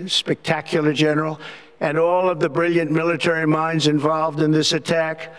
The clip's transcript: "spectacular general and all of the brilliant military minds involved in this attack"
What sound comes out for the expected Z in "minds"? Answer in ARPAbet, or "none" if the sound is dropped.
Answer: Z